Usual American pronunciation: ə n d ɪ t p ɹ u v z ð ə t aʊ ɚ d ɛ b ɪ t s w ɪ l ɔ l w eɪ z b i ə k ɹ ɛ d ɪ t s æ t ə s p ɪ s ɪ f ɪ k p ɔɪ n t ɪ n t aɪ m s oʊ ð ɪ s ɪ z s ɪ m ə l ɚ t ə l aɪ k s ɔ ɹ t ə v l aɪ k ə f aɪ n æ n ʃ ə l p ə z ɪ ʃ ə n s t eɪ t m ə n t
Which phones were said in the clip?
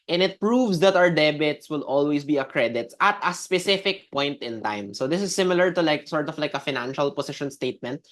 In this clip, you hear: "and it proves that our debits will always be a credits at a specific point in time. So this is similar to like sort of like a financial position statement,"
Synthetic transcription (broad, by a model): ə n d ɪ t p ɹ u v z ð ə t aʊ ɚ d ɛ b ɪ t s w ɪ l ɔ l w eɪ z b i ə k ɹ ɛ d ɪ t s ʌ t ə s p ɪ s ɪ f ɪ k p ɔɪ n t ɪ n t aɪ m s oʊ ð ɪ s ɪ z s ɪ m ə l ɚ t ə l aɪ k s ɔ ɹ t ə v l aɪ k ə f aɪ n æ n ʃ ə l p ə s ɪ ʃ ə n s t eɪ t m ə n t